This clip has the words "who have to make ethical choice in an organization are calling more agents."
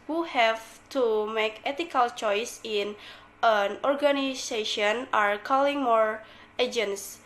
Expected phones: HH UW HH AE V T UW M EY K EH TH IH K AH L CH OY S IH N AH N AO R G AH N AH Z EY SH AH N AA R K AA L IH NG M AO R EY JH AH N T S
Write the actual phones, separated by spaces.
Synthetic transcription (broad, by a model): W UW HH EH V T UW M EY K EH T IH K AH L CH OY S IH N AH N AO R G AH N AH S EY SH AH N AA R K AA L IH NG M AO R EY JH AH N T S